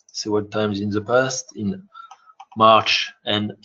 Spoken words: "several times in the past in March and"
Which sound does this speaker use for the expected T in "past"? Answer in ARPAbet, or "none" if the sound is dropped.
T